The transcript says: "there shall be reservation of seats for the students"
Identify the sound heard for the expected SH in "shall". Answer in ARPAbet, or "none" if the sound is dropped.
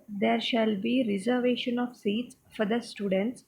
SH